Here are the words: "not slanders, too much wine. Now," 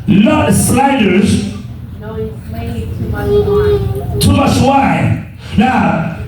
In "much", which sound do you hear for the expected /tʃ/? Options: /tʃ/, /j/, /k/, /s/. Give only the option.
/s/